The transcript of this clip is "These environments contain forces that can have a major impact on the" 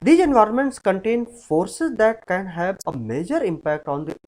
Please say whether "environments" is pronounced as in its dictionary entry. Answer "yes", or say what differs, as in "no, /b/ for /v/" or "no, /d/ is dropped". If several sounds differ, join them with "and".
yes